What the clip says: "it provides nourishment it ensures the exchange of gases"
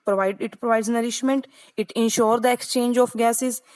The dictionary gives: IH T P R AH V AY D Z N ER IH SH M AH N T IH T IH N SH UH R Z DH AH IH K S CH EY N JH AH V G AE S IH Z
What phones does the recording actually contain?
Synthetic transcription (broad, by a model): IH T P R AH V AY D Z N ER IH SH M AH N T IH T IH N SH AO R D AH IH K S CH EY N JH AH F G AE S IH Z